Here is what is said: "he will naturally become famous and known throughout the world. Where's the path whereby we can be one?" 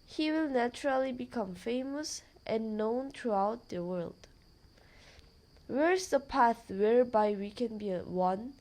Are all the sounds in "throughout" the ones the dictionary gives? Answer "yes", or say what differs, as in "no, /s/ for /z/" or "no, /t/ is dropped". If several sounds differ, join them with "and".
no, /t/ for /θ/